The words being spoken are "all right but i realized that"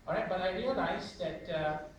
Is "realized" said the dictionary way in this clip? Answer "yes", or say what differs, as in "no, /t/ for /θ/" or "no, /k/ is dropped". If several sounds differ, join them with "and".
no, /n/ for /l/